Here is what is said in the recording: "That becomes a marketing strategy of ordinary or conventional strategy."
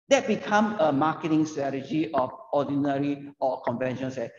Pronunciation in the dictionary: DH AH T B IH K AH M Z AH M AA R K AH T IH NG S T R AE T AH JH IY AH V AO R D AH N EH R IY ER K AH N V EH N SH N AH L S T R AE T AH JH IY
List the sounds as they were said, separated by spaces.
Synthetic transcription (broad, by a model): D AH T B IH K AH M AH M AA K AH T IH NG S T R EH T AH JH IY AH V AO D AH N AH R IY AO K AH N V EH N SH AH N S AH